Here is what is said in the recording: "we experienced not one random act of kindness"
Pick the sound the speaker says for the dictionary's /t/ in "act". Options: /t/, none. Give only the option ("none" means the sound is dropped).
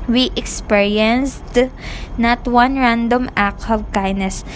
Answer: none